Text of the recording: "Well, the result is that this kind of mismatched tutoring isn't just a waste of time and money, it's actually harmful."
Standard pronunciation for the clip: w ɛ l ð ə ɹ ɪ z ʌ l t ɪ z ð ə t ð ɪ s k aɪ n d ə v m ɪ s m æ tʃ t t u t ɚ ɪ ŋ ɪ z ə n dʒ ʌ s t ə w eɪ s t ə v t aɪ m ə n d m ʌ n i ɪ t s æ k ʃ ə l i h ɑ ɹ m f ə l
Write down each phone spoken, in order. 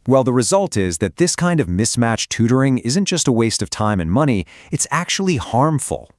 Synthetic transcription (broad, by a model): w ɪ l ð ə ɹ ɪ z ʌ l t ɪ z ð ə t ð ɪ s k aɪ n d ə v m ɪ s m æ tʃ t t u t ɚ ɪ ŋ ɪ z ə n dʒ ʌ s t ə w eɪ s t ə v t aɪ m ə n m ʌ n i ɪ t s æ k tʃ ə l i h ɑ ɹ m f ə l